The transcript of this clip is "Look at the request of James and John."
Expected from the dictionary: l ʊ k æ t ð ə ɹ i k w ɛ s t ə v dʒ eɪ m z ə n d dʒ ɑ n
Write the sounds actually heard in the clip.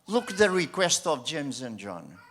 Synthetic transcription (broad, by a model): l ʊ k ð ə ɹ i k w ɛ s t ə v dʒ eɪ m z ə n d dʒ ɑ n